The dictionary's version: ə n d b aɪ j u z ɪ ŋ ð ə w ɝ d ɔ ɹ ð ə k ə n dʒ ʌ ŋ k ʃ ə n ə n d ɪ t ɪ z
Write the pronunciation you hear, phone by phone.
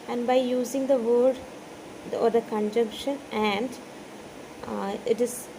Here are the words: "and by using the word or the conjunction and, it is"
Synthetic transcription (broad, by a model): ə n d b aɪ j u z ɪ ŋ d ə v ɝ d ɔ ɹ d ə k ə n dʒ ʌ ŋ k ʃ ə n ə n d ɪ t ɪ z